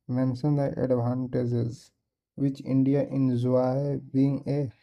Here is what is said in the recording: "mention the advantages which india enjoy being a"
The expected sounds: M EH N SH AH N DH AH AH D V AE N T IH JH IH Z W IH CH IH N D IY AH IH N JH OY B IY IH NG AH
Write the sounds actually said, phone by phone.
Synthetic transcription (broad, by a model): M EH N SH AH N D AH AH D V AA N T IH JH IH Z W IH CH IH N D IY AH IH N Z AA B IY IH NG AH